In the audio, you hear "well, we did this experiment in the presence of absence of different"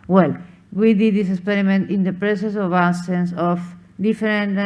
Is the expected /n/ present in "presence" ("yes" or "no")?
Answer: no